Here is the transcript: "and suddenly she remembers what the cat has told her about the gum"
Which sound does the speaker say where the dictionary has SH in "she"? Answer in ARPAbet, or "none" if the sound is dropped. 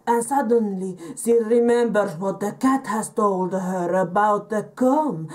S